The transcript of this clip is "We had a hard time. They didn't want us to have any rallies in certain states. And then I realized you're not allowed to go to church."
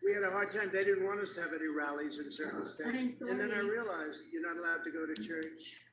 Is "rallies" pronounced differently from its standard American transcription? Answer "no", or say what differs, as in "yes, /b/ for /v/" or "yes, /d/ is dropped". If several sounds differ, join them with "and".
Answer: no